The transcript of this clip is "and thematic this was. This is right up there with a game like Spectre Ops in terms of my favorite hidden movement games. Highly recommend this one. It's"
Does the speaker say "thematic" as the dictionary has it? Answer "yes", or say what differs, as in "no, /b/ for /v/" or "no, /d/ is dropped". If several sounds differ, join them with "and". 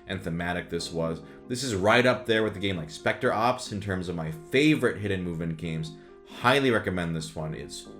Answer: yes